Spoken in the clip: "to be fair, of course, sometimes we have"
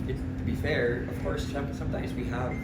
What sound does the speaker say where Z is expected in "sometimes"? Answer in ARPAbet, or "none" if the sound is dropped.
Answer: Z